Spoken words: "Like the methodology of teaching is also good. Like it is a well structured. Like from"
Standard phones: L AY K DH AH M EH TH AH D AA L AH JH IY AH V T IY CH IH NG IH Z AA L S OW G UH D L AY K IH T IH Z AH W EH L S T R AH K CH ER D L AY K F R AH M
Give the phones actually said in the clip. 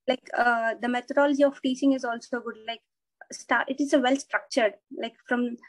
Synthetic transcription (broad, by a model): L AY K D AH M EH T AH D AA L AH JH IY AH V T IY S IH NG IH Z AA L S OW G UH D L AY K IH T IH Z AH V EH L S T R AH K CH ER D L AY K F R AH M